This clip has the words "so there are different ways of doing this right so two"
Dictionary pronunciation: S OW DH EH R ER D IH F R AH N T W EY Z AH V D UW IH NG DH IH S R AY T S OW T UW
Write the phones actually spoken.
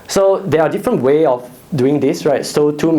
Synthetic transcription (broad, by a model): S OW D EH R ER D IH F R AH N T W EY AH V D UW IH NG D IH S R AY T S OW T UW